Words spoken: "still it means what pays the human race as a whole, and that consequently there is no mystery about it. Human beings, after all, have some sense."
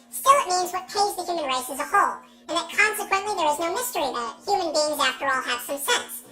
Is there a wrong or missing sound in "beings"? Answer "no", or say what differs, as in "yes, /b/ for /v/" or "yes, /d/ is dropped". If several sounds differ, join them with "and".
no